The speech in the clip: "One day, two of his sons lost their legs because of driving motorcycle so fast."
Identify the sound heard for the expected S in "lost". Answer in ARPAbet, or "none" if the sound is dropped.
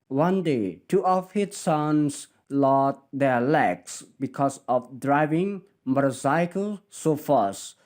none